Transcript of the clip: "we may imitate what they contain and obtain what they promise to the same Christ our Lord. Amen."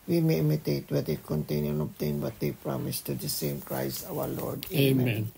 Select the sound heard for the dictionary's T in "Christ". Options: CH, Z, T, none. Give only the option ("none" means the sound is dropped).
none